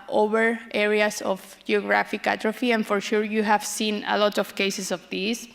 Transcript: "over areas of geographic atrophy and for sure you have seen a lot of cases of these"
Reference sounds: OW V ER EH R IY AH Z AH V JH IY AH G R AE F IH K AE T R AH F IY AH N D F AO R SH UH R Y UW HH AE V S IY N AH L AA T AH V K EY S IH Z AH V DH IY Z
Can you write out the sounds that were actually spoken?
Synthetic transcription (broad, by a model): OW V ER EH R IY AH S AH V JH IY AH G R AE F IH K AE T R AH F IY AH N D F AO R SH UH R Y UW HH AE V S IY N AH L AA T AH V K EY S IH S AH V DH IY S